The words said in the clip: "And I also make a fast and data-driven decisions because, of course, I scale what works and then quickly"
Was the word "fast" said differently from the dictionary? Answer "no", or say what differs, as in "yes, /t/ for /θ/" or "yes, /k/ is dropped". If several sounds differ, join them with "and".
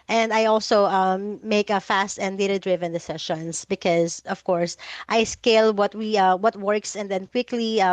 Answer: no